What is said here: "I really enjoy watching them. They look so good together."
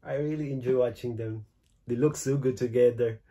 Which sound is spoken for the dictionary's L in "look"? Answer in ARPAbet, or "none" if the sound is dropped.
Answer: L